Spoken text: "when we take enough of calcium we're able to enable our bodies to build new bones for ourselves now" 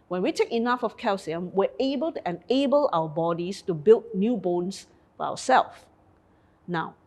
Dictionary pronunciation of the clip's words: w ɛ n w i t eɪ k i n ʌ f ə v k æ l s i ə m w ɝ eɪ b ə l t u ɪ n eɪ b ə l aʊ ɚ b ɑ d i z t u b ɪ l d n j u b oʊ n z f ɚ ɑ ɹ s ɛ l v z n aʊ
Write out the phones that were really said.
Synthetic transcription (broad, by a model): w ɛ n w i t eɪ k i n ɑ f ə f k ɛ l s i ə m w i eɪ b ə l t u ɪ n eɪ b ə l aʊ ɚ b ɑ d i s t u b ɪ l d n j u b oʊ n s f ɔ ɑ w s ɛ l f n aʊ